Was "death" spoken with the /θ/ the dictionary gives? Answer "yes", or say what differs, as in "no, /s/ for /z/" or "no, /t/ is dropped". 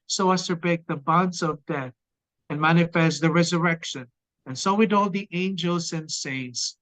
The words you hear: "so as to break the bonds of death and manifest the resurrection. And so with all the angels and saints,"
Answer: yes